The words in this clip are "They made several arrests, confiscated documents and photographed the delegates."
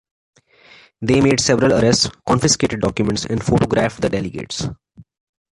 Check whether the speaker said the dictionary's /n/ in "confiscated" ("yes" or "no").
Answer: yes